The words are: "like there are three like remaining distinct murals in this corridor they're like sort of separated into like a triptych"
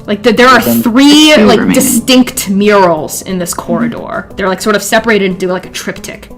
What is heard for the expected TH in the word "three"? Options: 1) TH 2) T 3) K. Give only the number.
1